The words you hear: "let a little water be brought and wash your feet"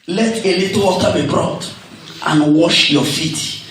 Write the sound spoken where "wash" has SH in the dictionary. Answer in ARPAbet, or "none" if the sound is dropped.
SH